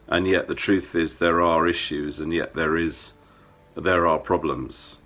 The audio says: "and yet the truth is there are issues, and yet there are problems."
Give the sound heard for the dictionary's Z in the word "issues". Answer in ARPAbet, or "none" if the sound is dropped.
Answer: Z